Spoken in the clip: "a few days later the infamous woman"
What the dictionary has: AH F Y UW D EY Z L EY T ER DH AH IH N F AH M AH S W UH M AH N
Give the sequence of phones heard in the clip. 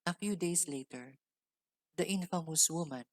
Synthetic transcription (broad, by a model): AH F Y UW D EY S L EY T ER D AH IH N F AH M AH S W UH M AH N